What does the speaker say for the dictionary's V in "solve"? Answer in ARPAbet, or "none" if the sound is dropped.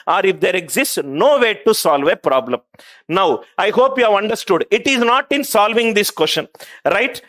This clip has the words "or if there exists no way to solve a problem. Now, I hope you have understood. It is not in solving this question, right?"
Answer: V